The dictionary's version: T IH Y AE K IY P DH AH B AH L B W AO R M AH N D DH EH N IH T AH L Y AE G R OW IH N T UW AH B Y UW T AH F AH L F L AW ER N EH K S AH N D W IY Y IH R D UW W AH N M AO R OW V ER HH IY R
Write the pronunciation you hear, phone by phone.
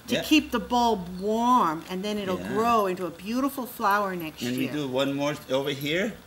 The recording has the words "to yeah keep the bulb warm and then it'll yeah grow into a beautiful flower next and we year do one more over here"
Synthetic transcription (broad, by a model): T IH K IY P DH AH B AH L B W AO R M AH N DH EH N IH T L G R OW IH N T UW AH B Y UW T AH F L F L AW ER N EH K S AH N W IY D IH W AH N M AO R OW V ER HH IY R